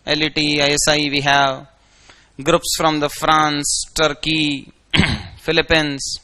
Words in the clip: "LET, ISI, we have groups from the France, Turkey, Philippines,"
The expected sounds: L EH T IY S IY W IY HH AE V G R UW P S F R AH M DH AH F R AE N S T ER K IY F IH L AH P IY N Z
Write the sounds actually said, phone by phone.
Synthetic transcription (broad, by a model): L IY T IY S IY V IY HH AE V G R UW P S F R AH M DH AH F R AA N S T ER K IY F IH L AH P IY N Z